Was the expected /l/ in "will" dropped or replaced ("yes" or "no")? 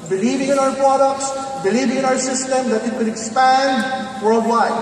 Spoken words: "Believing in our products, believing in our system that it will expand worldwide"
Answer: yes